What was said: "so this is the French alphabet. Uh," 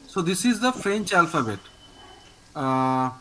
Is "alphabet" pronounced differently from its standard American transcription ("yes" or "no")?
no